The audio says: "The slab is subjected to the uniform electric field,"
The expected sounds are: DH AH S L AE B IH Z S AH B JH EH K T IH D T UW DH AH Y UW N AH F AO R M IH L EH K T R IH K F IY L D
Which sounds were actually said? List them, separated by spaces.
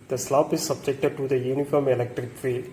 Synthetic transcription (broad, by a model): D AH S L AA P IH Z S AH B JH EH K T IH D T UW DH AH Y UW N AH F AO R M IH L EH K T R IH K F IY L